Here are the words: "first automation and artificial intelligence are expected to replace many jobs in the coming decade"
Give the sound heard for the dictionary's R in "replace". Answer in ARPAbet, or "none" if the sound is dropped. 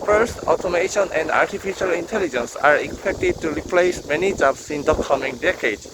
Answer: R